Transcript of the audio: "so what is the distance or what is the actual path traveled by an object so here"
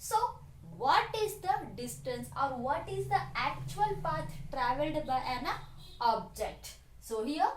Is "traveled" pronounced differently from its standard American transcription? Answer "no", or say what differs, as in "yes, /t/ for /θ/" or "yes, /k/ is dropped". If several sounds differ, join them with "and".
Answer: no